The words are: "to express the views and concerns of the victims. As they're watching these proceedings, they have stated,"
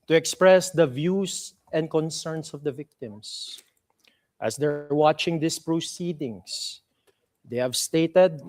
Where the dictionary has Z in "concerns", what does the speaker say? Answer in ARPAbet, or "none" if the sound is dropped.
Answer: S